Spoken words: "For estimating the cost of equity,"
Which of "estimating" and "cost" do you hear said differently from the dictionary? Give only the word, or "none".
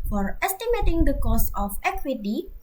cost